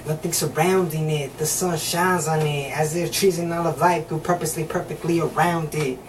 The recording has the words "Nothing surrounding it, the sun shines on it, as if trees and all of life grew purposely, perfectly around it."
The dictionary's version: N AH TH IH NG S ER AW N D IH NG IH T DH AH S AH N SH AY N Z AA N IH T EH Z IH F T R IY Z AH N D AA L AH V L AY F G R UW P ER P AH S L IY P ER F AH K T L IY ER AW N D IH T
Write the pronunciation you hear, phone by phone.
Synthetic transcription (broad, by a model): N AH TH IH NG S ER AW N D IH NG IH T DH AH S AH N SH AY N Z N IH T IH Z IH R T R IY Z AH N AA L AH V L AY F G UW P ER P AH S L IY P ER F AH K T L IY ER AW N D IH T